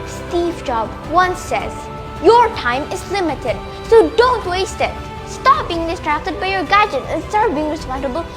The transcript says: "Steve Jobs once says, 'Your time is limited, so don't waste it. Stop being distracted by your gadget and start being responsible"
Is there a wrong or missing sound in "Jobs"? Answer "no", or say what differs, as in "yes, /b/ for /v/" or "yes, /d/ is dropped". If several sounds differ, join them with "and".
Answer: yes, /z/ is dropped